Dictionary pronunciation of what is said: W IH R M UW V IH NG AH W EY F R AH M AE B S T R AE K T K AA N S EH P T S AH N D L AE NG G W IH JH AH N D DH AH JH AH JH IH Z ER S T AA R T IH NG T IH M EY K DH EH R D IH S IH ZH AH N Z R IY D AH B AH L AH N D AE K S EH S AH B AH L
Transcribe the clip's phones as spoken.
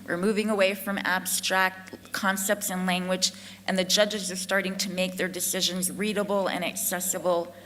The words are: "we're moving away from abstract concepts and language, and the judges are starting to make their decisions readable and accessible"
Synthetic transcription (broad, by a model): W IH R M UW V IH NG AH W EY F R AH M AE B S T R AE K T K AA N S EH P T S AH N L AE NG G W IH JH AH N DH AH JH AH JH IH Z ER S T AA R T IH NG T IH M EY K DH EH R D IH S IH ZH AH N Z R IY D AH B L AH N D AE K S EH S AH B L